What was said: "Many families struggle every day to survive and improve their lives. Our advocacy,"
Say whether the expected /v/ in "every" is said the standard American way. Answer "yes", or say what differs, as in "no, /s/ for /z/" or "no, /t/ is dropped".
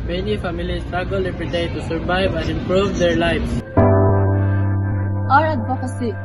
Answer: no, /p/ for /v/